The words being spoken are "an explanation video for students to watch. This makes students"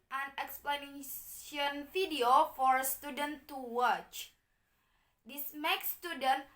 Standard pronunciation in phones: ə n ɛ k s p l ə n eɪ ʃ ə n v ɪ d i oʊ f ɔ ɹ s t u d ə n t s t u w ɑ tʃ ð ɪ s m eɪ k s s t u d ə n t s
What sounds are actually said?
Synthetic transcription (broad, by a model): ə n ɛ k s p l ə n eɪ ə n f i d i oʊ f ɔ ɹ s t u d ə n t t u w ɑ tʃ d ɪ s m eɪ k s s t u d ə n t